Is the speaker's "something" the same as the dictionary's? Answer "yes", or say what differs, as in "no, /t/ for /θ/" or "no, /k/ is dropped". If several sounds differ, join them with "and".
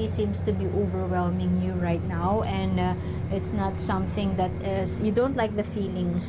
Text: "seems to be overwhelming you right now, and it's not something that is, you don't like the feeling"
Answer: yes